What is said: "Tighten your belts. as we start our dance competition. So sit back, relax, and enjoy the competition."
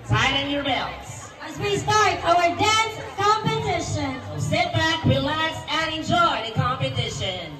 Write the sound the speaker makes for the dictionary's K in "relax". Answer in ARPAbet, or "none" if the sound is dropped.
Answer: none